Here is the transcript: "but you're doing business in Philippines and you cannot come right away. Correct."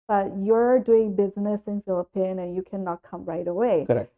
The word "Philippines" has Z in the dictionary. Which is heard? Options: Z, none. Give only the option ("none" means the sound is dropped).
none